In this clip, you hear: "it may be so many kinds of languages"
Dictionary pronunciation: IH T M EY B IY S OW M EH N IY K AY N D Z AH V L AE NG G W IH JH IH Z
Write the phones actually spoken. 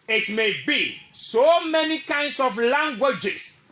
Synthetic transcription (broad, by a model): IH T M EY B IY S OW M EH N IY K AY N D S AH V L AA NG G W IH JH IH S